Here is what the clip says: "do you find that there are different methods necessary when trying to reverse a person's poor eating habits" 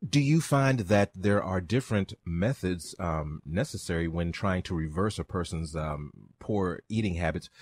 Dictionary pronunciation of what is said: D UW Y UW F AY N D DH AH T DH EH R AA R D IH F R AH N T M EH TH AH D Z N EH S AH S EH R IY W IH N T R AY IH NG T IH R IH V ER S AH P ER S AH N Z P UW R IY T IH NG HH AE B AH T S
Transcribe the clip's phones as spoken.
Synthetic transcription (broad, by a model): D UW Y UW F AY N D DH AH T DH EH R AA R D IH F R AH N T M EH TH AH D Z N EH S AH S EH R IY W IH N T R AY IH NG T IH R IH V ER S AH P ER S AH N Z P UW R IY T IH NG HH AE B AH T S